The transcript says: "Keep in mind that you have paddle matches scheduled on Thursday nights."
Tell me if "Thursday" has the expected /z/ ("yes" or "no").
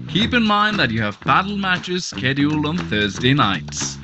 yes